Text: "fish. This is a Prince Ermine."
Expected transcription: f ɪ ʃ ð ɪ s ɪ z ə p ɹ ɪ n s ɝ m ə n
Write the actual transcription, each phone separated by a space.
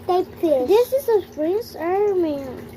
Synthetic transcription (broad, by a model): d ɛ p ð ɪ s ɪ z ə f ɹ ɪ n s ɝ m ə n